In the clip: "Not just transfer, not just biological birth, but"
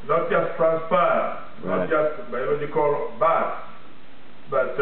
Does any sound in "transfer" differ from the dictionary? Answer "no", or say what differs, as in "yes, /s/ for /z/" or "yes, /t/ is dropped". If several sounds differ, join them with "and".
yes, /p/ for /f/